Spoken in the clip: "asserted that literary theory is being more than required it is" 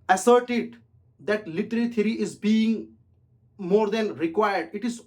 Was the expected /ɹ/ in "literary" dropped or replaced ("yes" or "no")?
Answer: yes